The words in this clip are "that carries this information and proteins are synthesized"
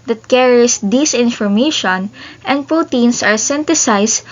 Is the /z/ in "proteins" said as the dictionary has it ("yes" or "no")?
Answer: no